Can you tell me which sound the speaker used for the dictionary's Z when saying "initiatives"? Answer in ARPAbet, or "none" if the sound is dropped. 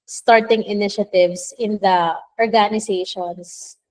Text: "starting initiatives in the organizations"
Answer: S